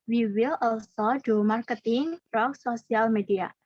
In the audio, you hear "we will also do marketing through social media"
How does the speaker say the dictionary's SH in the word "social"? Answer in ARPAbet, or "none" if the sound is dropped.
S